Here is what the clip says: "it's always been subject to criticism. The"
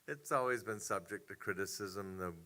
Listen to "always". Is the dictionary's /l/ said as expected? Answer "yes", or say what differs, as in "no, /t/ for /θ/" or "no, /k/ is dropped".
yes